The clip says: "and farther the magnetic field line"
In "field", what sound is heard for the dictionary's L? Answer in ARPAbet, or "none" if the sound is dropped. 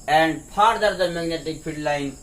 none